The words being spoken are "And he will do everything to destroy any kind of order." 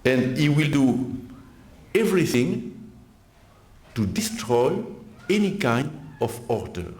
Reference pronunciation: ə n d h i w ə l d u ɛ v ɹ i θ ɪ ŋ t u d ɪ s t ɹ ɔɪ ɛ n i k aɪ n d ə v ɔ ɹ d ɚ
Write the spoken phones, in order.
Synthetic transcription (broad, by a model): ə n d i w ə l d u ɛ v ɹ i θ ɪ ŋ t u d ɪ s t ɹ ɔɪ ɛ n i k aɪ n d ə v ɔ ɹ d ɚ